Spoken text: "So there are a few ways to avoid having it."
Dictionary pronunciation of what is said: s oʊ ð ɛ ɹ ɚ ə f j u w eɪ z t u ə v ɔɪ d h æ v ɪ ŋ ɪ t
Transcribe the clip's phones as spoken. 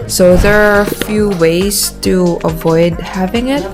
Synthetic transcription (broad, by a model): s oʊ ð ɛ ɹ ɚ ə f j u w eɪ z t u ə v ɔɪ d h æ v ɪ ŋ ɪ t